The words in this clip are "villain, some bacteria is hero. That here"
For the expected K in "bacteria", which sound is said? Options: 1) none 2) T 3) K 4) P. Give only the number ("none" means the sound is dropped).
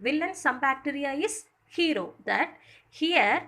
3